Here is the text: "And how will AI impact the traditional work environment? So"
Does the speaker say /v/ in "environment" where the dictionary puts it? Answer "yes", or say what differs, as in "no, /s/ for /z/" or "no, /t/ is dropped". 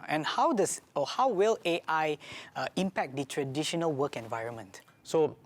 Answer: yes